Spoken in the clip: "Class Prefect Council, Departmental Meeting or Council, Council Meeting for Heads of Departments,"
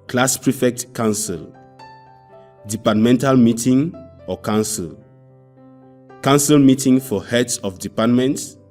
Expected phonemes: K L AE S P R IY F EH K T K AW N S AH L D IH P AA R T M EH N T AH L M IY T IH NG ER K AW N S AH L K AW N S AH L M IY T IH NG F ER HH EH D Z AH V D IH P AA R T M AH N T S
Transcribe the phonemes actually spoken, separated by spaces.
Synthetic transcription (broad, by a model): K L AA S P R IY F EH K T K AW N S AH L D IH P AA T M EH N T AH L M IY T IH NG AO K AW N S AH L K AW N S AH L M IY T IH NG F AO HH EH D S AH F D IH P AA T M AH N T S